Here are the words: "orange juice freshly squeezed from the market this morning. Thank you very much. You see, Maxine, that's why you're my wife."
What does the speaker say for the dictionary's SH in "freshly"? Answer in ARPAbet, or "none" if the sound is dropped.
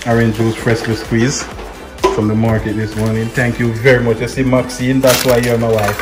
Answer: S